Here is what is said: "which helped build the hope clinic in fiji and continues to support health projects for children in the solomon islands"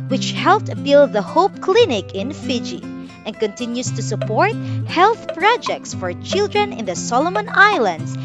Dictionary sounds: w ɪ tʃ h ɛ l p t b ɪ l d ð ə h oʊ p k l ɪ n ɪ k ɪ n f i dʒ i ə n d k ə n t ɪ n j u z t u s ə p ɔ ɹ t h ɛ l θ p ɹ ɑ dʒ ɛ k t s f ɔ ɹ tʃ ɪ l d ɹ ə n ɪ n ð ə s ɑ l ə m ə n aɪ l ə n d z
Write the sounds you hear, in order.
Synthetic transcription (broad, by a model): w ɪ tʃ h ɛ l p t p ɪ l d ð ə h oʊ p k l ɪ n ɪ k ɪ n f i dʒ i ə n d k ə n t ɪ n j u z t u s ə p ɔ ɹ t h ɛ l θ p ɹ ɑ dʒ ɛ k t s f ɔ ɹ tʃ ɪ l d ɹ ə n ɪ n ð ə s ɑ l ə m ə n aɪ l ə n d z